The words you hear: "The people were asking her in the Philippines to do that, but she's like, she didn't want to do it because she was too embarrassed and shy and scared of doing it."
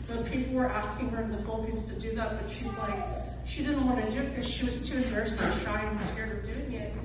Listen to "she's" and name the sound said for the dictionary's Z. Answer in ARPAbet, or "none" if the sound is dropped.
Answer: Z